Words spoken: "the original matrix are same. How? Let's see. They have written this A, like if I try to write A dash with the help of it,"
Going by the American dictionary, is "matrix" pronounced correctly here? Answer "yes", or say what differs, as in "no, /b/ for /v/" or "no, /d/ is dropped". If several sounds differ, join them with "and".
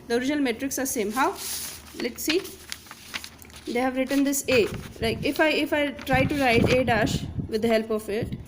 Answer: yes